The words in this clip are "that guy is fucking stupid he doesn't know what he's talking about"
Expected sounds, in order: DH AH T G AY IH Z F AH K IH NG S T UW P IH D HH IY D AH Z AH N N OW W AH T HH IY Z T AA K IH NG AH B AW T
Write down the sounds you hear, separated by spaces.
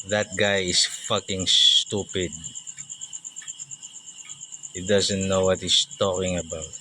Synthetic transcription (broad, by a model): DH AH T G AY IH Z F AH K IH NG S T UW P IH D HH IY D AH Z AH N N OW W AH T HH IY S T AA K IH NG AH B AW T